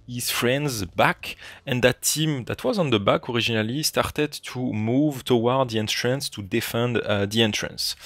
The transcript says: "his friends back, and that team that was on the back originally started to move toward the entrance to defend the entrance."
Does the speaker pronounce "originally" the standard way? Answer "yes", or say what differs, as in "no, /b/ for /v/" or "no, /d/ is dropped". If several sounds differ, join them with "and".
no, /ʒ/ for /dʒ/